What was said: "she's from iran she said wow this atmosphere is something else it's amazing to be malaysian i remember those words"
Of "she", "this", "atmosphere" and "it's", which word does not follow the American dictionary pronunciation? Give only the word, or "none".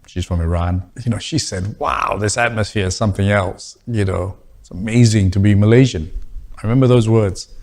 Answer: none